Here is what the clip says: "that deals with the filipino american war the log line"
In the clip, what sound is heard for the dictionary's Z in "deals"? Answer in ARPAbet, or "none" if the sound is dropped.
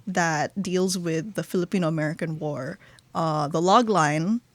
Z